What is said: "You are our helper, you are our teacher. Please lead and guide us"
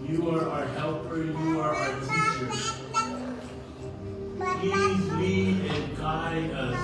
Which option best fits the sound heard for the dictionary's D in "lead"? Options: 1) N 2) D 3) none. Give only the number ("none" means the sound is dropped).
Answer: 3